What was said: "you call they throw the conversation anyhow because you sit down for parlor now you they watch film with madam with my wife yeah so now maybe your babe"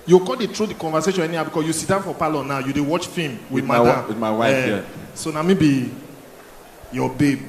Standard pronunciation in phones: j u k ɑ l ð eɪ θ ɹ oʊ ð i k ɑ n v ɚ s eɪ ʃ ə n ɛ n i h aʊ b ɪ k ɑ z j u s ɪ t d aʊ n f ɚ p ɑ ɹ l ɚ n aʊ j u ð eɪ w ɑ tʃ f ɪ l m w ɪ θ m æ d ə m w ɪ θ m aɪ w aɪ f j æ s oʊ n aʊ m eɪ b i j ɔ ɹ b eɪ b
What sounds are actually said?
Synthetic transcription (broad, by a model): j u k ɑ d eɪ t ɹ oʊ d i k ɑ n v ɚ s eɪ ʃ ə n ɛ n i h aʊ b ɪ k ɑ s j u s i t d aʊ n f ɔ p ɑ l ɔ n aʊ j u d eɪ w ɑ tʃ f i m w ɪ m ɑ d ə m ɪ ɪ w aɪ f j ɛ s oʊ n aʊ m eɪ b i j ɔ b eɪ b